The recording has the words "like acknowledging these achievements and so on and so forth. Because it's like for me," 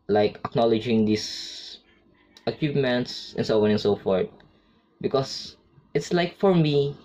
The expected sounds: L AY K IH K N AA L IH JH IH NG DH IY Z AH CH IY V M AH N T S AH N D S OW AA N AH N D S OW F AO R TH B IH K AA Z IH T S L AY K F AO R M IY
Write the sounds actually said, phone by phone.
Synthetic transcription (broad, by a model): L AY K IH K N AA L IH JH IH NG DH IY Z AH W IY P M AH N T S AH N S OW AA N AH N S OW F AO R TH B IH K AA S IH T S L AY K F AO R M IY